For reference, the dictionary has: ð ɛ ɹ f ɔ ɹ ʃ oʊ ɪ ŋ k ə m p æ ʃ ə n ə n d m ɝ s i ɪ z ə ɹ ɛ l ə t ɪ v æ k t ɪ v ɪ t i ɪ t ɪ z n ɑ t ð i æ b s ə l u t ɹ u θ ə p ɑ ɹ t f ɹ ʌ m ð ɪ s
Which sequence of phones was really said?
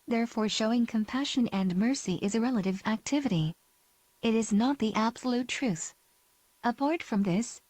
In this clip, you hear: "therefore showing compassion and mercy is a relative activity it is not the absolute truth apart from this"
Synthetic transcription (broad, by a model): ð ɛ ɹ f ɔ ɹ ʃ oʊ ɪ ŋ k ə m p æ ʃ ə n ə n m ɝ s i ɪ z ə ɹ ɛ l ə t ɪ v æ k t ɪ v ɪ t i ɪ t ɪ z n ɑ t ð i æ b s ə l u t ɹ u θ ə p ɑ ɹ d f ɹ ʌ m ð ɪ s